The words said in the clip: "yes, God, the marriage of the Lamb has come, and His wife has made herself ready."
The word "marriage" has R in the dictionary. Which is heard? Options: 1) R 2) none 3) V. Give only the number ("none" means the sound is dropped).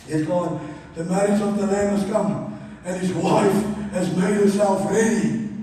2